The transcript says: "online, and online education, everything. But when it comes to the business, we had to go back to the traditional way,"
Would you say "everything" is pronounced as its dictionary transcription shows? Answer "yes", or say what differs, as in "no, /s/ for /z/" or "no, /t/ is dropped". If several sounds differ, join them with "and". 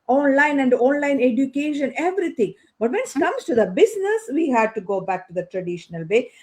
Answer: no, /t/ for /θ/